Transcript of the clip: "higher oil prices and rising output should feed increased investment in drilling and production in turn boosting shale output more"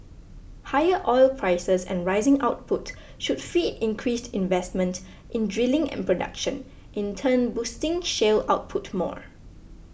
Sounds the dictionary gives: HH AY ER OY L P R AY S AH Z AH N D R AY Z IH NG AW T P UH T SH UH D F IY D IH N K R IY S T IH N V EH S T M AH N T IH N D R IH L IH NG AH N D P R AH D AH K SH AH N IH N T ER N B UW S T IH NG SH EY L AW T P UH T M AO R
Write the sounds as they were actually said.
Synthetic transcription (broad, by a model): HH AY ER OY L P R AY S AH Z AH N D R AY Z IH NG AW T P UH T SH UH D F IY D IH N K R IY S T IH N V EH S T M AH N T IH N D R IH L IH NG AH N P R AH D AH K SH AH N IH N T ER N B UW S T IH NG SH EY L AW T P UH T M AO R